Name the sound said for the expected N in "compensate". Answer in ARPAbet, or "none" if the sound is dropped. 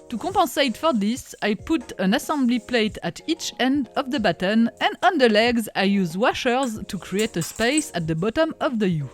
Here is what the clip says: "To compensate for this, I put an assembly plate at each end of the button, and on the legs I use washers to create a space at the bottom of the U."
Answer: none